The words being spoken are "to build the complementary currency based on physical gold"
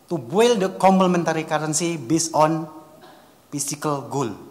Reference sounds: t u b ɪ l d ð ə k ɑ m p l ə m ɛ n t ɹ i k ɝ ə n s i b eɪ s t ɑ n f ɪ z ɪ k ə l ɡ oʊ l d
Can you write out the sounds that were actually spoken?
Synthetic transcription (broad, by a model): t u b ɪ l d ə k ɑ m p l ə m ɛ n t ɹ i k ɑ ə n s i b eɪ s ɑ n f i s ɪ k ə l ɡ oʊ l